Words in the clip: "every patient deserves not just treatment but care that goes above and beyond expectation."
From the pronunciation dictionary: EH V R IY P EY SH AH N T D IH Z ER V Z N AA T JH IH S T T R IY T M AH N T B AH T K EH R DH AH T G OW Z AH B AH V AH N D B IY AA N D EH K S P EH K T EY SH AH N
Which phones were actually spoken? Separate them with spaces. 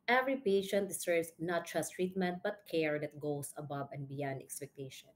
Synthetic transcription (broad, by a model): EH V R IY P EY SH AH N T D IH S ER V S N AA T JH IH S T T R IY T M AH N T B AH T K EH R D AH T G OW S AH B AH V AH N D B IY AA N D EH K S P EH K T EY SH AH N